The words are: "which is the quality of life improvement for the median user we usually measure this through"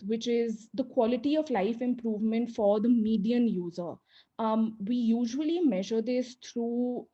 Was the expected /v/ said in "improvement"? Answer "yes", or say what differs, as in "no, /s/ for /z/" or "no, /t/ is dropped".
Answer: yes